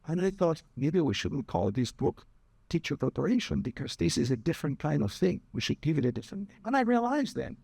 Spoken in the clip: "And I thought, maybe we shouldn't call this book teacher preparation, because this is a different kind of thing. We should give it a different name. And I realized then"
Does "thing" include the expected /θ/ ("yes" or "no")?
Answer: yes